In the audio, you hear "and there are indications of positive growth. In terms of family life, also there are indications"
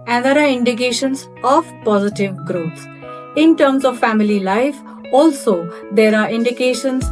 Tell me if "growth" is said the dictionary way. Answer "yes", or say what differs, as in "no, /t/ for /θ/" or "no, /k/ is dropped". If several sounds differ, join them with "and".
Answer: no, /s/ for /θ/